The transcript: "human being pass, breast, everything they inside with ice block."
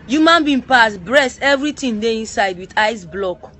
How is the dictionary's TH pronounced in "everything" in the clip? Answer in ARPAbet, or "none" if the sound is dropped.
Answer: T